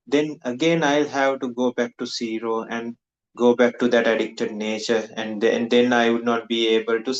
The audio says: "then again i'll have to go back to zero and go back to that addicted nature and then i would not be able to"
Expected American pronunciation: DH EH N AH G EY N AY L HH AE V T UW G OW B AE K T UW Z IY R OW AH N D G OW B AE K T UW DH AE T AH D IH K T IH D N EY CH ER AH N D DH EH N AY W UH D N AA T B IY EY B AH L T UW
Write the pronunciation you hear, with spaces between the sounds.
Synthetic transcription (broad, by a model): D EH N AH G EY N AY L HH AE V T UW G OW B AE K T UW S IY R OW AH N D G OW B AE K T UW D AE T AH D IH K T IH D N EY CH ER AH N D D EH N AY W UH D N AA T B IY EY B AH L T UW